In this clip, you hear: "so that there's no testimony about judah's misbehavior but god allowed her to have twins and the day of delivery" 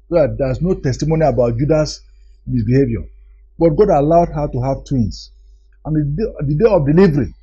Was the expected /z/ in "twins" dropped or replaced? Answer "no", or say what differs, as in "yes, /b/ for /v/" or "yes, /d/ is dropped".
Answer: yes, /s/ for /z/